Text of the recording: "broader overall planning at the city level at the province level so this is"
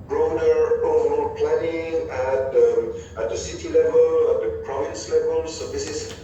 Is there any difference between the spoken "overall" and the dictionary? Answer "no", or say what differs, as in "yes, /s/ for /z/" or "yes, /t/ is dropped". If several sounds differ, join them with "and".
yes, /b/ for /v/